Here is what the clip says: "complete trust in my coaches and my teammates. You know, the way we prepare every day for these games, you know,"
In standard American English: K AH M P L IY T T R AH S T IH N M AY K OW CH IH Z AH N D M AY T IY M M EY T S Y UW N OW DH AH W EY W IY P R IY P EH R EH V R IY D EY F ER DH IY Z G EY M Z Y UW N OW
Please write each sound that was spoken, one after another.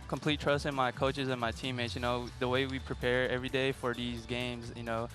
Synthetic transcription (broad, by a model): K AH M P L IY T T R AH S T IH N M AY K OW CH IH Z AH N M AY T IY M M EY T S Y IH N OW DH AH W EY W IY P R IY P EH R EH V R IY D EY F ER DH IY Z G EY M Z Y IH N OW